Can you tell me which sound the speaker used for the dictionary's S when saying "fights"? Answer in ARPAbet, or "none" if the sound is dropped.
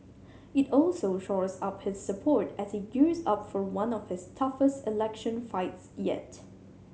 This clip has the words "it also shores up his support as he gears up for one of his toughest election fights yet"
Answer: S